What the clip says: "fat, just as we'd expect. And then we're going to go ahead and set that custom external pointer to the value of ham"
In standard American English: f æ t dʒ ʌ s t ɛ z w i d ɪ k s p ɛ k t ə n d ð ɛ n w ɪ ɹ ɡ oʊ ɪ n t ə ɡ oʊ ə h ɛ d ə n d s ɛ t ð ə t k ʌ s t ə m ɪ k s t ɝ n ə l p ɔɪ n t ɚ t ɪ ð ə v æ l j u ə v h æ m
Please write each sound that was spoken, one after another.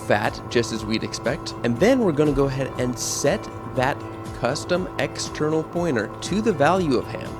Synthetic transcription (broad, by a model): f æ t dʒ ʌ s t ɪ z w i d ɪ k s p ɛ k t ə n ð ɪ n w ɪ ɹ ɡ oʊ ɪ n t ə ɡ oʊ ə h ɛ d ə n s ɛ t ð ə t k ʌ s t ə m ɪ k s t ɝ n l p ɔɪ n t ɚ t ɪ ð ə v æ l j u ə v h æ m